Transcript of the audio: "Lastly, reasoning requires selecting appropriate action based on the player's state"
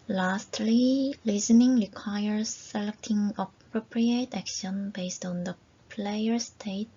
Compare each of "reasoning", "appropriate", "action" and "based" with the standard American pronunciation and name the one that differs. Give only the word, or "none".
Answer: reasoning